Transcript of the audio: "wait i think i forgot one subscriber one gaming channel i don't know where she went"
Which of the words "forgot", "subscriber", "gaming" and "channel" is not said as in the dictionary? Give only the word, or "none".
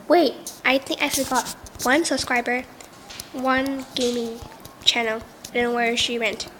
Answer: none